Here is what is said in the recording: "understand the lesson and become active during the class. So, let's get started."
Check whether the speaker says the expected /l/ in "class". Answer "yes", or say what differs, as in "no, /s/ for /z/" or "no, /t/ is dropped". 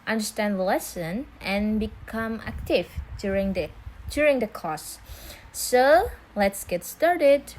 no, /l/ is dropped